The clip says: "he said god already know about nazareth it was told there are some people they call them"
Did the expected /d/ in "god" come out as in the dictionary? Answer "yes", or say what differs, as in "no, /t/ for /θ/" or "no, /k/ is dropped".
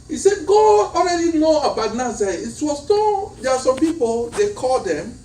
no, /d/ is dropped